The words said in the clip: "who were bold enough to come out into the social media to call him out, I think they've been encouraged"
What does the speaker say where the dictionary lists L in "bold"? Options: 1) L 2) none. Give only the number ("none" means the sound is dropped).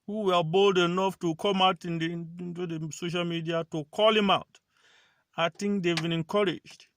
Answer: 1